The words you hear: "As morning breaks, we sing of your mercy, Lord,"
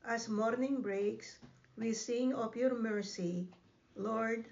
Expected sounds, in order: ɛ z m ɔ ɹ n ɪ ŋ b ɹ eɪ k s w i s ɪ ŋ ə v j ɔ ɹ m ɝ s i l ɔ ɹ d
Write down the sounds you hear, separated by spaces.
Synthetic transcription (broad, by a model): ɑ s m ɔ ɹ n ɪ ŋ b ɹ eɪ k s w i s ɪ ŋ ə p j ɔ ɹ m ɝ s i l ɔ ɹ d